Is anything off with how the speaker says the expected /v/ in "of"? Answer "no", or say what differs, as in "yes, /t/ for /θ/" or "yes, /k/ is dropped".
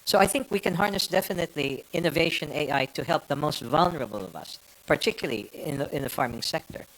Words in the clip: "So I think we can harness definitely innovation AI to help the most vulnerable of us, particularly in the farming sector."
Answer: no